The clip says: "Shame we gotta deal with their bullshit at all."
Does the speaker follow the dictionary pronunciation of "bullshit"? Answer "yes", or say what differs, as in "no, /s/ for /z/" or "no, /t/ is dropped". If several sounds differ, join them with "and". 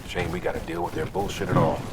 yes